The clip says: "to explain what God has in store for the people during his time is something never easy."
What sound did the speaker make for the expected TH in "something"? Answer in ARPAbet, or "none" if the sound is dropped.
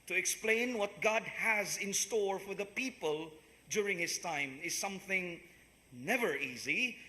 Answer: TH